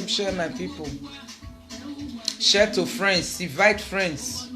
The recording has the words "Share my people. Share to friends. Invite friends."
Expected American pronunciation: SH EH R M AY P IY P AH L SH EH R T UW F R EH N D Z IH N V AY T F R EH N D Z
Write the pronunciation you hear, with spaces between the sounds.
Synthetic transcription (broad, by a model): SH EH M AY P IY P AH L SH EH T UW F R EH N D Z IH V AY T F R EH N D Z